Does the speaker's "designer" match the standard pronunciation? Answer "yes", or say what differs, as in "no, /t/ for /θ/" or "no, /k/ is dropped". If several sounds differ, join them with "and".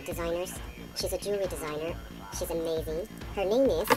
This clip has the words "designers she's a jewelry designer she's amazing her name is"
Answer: yes